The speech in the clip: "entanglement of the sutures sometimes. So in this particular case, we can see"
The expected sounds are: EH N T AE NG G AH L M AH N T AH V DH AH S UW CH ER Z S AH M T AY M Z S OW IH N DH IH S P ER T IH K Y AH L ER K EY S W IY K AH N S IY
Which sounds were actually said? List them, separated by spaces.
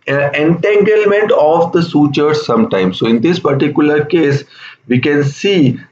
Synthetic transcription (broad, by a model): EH N T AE NG G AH L M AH N T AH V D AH S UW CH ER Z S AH M T AY M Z S OW IH N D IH S P ER T IH K Y AH L ER K EY S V IY K AH N S IY